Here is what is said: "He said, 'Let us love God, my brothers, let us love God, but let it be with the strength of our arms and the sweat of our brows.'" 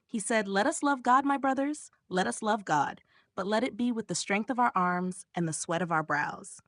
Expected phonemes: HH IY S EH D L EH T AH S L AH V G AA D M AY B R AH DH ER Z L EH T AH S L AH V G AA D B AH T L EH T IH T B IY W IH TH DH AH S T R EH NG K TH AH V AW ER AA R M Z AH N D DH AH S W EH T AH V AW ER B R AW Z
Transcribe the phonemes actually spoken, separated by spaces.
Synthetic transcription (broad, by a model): HH IY S EH D L EH T AH S L AH V G AA D M AY B R AH DH ER Z L EH T AH S L AH V G AA D B AH T L EH T IH T B IY W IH DH AH S T R EH NG K TH AH V AW ER AA R M Z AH N DH AH S W EH T AH V AW ER B R AW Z